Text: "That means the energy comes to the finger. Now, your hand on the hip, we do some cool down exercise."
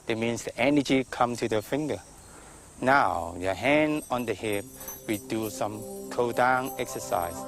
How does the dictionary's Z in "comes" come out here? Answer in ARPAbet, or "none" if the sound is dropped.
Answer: none